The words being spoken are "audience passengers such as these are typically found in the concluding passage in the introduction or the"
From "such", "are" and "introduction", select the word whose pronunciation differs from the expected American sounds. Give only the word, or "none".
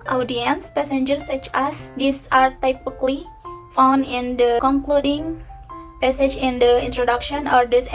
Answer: none